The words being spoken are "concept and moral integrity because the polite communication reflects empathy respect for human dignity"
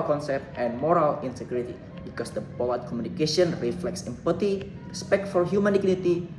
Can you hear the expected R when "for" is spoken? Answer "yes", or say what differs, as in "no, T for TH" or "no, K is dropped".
no, L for R